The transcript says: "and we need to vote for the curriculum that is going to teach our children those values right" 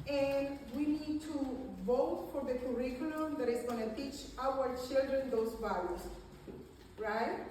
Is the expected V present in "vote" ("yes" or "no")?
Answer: yes